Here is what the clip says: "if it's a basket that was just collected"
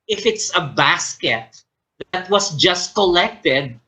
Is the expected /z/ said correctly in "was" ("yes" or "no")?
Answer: no